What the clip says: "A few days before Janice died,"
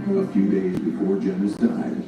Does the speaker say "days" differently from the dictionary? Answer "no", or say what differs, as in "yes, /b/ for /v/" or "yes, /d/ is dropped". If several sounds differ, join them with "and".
no